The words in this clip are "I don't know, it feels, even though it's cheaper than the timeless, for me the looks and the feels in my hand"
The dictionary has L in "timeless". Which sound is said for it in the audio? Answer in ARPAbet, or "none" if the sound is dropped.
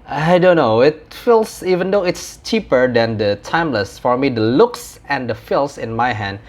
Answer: L